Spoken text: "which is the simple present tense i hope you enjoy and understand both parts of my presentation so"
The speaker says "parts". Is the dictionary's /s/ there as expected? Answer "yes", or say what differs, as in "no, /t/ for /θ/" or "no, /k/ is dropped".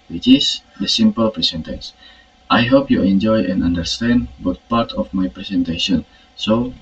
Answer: no, /s/ is dropped